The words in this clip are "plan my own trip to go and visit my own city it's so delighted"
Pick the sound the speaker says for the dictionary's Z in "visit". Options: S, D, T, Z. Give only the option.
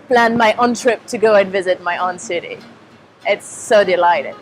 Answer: Z